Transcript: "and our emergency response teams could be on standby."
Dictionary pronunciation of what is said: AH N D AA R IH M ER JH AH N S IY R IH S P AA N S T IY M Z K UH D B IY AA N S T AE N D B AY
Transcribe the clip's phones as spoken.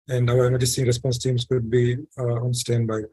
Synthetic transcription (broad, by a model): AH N D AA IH ER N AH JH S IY R IH S P AA N S T IY M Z K UH D B IY AA N S T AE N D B AY